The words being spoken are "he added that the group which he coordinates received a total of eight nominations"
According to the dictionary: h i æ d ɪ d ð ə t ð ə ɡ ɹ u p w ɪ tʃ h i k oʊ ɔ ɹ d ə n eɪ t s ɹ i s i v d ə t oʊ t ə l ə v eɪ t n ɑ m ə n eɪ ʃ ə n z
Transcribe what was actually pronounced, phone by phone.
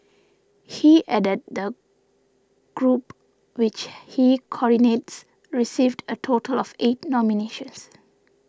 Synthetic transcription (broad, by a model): h i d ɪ d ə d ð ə ɡ ɹ u p w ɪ tʃ h i k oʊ ɔ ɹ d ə n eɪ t s ɹ i s i v d ə t oʊ t ə l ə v eɪ t n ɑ m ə n eɪ ʃ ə n s